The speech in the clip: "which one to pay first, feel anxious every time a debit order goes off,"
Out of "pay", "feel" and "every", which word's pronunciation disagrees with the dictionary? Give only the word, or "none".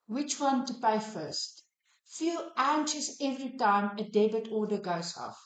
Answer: none